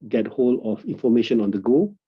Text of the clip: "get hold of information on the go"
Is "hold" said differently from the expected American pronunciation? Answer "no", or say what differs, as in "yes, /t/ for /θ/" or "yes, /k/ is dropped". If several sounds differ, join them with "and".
yes, /d/ is dropped